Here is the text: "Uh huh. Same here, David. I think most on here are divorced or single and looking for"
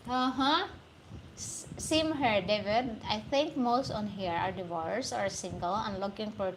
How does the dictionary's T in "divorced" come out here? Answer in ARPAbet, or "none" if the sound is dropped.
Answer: none